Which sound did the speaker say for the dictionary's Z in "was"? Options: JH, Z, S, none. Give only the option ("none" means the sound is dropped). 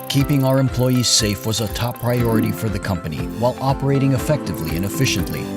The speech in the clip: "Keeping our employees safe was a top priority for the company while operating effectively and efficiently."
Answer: Z